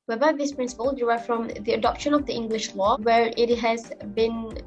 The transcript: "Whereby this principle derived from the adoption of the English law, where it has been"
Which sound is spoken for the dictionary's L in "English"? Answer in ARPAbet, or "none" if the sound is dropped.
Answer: L